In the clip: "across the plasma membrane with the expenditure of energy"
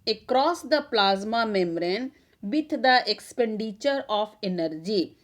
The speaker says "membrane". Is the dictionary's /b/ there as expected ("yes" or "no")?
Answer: no